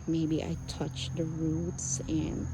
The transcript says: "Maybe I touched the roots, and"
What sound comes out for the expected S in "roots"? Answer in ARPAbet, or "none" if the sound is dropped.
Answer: S